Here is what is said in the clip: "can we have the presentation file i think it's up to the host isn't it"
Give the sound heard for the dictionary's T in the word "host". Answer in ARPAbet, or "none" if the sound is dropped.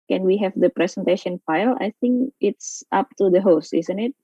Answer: T